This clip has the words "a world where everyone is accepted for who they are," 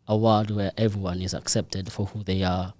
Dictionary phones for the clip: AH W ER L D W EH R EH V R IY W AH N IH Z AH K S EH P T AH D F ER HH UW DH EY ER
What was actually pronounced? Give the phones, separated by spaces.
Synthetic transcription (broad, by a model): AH W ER D W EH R EH V R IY W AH N IH Z AH K S EH P T AH D F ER HH UW DH EY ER